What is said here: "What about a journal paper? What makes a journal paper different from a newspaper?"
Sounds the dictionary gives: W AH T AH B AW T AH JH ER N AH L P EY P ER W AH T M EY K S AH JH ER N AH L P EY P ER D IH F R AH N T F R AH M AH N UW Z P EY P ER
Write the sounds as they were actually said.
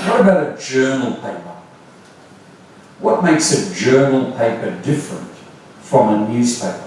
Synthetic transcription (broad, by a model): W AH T AH B AW T AH JH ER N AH L P EY P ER W AH T M EY K S AH JH ER N AH L P EY P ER D IH F R AH N T F R AH M AH N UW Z P EY P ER